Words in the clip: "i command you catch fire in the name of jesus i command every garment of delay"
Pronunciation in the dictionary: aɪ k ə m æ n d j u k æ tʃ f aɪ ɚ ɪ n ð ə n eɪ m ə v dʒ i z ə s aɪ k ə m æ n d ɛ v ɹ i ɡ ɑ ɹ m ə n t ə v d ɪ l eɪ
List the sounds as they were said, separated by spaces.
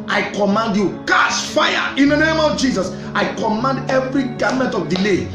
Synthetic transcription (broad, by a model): aɪ k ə m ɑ n d j u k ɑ s f aɪ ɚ ɪ n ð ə n eɪ m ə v dʒ i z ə s aɪ k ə m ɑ n d ɛ v ɹ i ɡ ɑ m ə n t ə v d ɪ l eɪ